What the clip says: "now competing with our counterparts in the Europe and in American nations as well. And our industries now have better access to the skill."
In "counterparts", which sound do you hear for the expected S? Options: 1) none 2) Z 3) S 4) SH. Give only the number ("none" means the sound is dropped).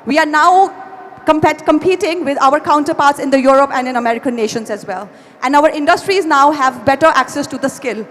3